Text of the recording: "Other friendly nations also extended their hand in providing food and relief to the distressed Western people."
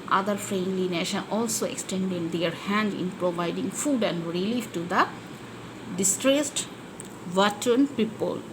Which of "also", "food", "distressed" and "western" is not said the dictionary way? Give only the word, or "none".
western